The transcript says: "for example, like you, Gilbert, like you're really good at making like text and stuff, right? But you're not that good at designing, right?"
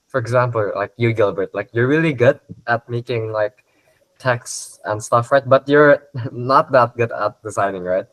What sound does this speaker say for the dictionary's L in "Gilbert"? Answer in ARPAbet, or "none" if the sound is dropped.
L